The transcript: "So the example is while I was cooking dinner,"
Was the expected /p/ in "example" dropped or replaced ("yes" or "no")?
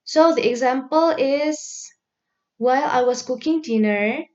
no